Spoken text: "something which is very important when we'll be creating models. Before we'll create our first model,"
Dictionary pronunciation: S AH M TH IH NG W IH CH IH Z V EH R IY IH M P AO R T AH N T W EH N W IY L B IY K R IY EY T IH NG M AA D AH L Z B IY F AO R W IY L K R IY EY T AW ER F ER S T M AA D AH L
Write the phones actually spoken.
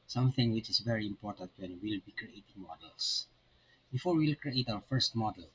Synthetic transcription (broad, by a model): S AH M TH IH NG W IH CH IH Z V EH R IY IH M P AO R T AH N T W EH N W IY L B IY K R IY EY T IH NG M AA D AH L S B IY F AO R W IY L K R IY EY T AW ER F ER S T M AA D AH L